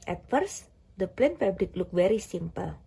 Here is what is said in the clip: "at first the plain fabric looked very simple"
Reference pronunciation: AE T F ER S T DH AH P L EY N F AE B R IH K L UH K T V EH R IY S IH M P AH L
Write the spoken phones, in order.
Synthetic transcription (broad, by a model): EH T F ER S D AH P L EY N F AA B L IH K L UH K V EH R IY S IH M P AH L